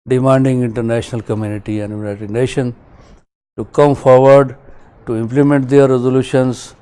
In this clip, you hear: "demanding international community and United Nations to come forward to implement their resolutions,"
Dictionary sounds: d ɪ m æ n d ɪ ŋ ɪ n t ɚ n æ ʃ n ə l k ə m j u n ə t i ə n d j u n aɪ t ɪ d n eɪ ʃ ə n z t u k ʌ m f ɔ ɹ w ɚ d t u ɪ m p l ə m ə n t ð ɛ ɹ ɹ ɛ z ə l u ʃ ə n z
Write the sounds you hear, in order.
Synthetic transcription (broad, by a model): d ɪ m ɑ n d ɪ ŋ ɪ n t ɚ n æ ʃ n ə l k ə m j u n ə t i ə n d j u n aɪ t ɪ d n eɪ ʃ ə n t u k ʌ m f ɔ ɹ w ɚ d t u ɪ m p l ə m ə n t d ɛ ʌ ɹ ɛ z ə l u ʃ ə n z